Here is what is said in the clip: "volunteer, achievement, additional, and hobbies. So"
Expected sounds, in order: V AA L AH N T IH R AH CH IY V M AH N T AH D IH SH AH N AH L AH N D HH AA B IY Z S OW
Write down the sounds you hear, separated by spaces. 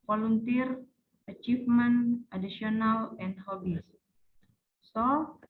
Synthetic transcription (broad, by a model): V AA L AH N T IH R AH CH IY F M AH N T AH D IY S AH N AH L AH N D HH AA B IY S S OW